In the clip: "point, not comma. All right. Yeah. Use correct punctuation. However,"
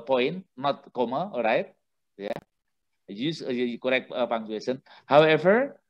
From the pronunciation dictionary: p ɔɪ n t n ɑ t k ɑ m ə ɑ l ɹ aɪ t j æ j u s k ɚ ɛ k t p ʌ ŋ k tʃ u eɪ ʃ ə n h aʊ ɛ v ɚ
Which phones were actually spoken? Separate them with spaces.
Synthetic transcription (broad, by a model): p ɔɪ n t n ɑ t k ɑ m ə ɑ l ɹ aɪ t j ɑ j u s k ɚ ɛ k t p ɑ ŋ tʃ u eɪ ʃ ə n h aʊ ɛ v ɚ